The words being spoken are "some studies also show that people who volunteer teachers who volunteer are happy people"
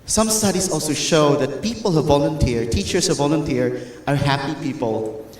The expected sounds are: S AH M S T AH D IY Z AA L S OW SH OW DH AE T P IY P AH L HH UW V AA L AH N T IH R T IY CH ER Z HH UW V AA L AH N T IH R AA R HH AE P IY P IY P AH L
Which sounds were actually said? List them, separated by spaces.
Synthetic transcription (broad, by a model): S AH M S T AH D IY S AA L S OW SH OW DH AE T P IY P AH L HH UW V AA L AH N T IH R T IY CH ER S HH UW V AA L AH N T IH R AA R HH AE P IY P IY P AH L